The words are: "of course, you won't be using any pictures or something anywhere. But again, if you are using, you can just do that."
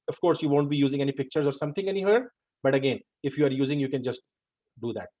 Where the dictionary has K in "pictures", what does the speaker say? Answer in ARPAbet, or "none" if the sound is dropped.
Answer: K